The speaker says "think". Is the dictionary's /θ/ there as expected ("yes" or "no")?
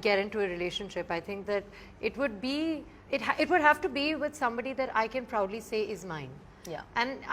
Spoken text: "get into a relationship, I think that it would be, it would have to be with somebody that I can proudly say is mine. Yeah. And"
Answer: no